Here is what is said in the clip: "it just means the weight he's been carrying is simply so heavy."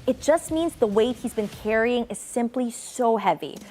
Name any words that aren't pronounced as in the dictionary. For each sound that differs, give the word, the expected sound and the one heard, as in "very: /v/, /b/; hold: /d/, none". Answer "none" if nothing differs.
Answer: none